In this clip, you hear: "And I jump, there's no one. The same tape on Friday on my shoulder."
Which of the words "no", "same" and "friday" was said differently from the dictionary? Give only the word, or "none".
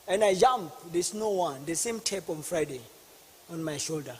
none